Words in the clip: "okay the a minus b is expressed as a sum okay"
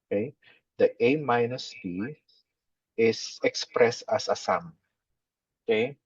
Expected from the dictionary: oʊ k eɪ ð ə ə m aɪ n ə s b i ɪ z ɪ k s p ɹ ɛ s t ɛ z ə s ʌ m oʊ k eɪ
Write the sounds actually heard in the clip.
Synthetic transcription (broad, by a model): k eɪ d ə ə m aɪ n ə s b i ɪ s ɪ k s p ɹ ɛ s t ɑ s ə s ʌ m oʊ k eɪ